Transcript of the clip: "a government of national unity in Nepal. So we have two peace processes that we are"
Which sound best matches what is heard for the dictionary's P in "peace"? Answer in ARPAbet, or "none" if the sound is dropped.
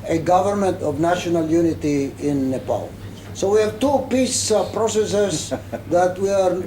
P